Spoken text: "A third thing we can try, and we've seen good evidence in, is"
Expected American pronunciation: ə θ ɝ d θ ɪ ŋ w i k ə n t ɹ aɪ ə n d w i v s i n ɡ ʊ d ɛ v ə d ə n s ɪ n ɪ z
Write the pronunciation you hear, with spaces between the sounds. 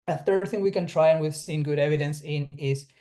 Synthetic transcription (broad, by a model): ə θ ɝ d θ ɪ ŋ w i k ə n t ɹ aɪ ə n w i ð s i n ɡ ʊ d ɛ v ə d ə n s ɪ n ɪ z